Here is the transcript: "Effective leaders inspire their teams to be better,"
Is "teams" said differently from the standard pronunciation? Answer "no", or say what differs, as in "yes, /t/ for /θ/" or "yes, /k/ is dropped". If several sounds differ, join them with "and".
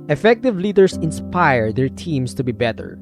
yes, /s/ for /z/